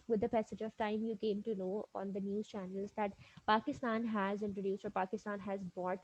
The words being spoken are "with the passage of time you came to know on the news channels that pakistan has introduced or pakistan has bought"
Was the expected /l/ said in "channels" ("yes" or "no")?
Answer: yes